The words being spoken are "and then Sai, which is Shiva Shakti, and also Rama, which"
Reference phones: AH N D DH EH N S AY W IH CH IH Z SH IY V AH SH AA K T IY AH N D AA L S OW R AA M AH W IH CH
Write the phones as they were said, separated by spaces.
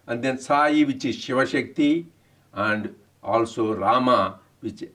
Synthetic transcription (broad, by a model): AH N D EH N S AY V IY CH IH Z SH IY V AH SH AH K T IY AH N D AA L S OW R AA M AH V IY CH